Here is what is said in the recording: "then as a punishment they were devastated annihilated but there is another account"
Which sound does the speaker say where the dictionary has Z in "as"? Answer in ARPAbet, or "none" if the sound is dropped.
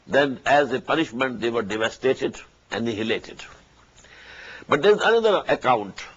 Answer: Z